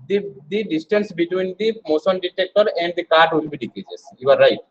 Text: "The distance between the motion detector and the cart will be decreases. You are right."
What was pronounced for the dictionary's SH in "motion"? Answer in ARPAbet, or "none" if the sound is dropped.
S